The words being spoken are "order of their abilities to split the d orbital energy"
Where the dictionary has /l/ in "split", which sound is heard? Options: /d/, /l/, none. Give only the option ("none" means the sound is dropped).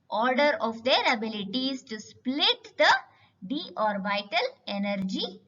/l/